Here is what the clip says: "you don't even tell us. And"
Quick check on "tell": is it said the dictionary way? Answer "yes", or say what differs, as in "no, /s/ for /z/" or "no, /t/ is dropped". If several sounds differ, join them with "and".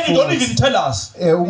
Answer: yes